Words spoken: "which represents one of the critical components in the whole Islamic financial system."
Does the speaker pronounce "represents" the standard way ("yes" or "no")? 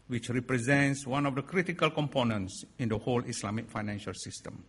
yes